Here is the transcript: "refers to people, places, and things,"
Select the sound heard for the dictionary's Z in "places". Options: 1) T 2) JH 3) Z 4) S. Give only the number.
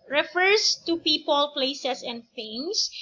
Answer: 4